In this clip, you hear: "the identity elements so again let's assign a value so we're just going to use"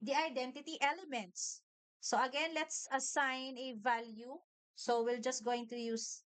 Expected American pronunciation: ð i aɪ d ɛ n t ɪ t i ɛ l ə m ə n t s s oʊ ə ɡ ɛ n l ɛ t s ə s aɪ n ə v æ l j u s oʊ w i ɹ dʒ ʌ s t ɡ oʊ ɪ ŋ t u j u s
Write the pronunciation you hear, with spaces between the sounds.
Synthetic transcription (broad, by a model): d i aɪ d ɛ n t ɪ t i ɛ l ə m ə n t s s oʊ ə ɡ ɛ n l ɛ t s ə s aɪ n ə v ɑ l j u s oʊ w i l dʒ ʌ s t ɡ oʊ ɪ ŋ t u j u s